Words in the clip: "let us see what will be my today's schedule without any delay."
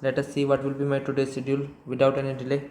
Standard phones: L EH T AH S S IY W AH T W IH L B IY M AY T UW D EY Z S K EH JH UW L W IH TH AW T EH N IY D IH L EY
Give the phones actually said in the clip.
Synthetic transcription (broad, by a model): L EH T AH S S IY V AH T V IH L B IY M AY T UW D EY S IH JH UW L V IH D AW T EH N IY D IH L EY